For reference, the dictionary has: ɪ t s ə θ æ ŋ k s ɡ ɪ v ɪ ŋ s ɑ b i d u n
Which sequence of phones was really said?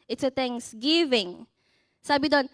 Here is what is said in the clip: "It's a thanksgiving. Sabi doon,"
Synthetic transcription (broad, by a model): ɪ t s ə t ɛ ŋ s ɡ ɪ v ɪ ŋ s ɑ b i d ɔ n